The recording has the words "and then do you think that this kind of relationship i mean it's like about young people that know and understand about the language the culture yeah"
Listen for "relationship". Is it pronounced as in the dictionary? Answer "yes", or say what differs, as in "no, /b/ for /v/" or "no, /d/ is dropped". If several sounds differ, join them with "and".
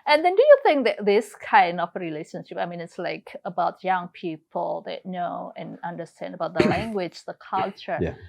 yes